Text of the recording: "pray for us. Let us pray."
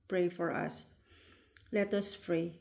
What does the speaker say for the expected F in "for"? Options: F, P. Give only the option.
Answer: F